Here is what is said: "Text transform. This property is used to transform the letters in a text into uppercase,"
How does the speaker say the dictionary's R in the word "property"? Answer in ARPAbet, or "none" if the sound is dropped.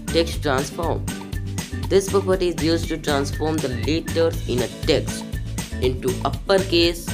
R